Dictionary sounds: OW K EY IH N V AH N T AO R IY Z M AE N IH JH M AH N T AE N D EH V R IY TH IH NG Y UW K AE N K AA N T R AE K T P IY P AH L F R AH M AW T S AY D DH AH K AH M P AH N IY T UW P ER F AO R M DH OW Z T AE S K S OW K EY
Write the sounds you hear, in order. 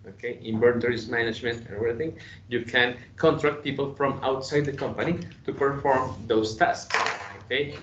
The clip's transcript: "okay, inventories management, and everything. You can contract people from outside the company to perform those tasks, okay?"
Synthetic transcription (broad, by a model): OW K EY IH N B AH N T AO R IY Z M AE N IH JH M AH N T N EH V R IY TH IH NG Y UW K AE N K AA N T R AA K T P IY P AH L F R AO M AW T S AY D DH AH K AH M P AH N IY T UW P ER F AO R M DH OW S T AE S K S OW K EY